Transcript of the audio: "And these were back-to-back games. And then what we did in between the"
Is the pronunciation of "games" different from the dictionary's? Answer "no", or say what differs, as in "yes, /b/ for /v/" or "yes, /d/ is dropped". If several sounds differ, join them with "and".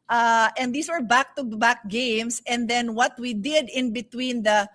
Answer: yes, /s/ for /z/